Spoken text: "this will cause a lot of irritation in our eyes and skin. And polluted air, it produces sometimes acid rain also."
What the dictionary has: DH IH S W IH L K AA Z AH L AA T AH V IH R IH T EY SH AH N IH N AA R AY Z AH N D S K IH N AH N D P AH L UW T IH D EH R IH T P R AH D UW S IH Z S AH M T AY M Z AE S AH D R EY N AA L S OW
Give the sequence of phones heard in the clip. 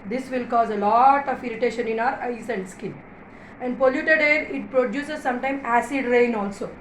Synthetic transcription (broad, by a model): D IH S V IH L K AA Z AH L AA T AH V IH R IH T EY SH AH N IH N AA R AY S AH N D S K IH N AH N D P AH L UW T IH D EH R IH T P R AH D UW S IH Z S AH M T AY M AE S AH D R EY N AA L S OW